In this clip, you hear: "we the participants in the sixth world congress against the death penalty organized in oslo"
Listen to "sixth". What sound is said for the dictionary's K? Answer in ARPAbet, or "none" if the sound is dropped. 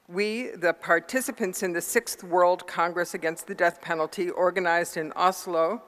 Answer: K